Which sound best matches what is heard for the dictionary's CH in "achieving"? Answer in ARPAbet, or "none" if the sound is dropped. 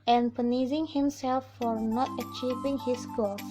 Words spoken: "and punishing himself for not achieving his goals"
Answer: CH